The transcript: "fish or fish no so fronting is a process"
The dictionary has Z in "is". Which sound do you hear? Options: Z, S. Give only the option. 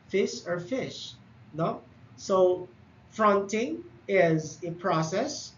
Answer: Z